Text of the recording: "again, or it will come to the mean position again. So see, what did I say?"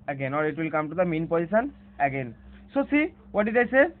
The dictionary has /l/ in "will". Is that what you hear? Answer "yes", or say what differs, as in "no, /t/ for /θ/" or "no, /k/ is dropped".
yes